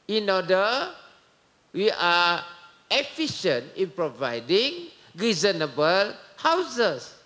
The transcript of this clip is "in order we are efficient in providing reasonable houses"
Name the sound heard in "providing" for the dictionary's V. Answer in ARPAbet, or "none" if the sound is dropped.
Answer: V